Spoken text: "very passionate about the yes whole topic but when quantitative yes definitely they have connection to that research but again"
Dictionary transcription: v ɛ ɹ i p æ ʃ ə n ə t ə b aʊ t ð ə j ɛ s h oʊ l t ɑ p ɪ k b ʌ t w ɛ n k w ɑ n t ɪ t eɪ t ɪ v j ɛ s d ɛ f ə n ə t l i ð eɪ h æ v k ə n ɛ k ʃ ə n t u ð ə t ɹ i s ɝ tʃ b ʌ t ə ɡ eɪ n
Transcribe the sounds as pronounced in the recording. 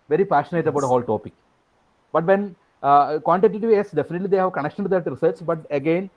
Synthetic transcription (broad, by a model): v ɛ ɹ i p æ ʃ ə n ə t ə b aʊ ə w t h oʊ l t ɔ p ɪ k b ʌ t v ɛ n k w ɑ n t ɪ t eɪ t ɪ v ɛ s d ɛ f ə n ə t l i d eɪ h æ v k ə n ɛ k ʃ ə n t u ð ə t ɹ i s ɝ s b ʌ t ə ɡ eɪ n